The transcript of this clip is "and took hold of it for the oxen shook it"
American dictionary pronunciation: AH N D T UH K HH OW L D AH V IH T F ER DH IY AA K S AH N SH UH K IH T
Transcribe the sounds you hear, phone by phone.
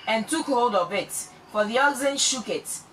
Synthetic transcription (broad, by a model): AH N T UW K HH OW D AH V IH T F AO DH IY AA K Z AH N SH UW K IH T